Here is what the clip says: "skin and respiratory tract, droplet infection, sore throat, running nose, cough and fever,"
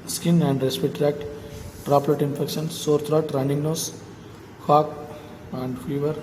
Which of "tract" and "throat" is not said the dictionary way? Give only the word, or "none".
throat